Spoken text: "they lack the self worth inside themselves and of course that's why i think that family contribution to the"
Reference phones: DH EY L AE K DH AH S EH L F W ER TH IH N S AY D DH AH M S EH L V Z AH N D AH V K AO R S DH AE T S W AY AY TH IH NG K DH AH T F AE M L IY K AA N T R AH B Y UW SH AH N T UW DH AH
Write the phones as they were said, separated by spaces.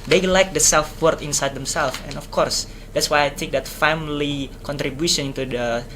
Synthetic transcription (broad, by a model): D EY L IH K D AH S EH L F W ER T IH N S AY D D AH M S EH L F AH N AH F K AO R S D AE T S W AY AY T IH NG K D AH T F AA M L IY K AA N T R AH B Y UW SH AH N T UW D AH